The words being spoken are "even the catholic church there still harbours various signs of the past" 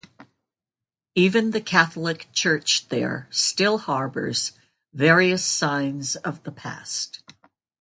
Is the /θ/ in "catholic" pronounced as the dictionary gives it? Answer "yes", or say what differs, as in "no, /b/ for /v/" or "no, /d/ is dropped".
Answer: yes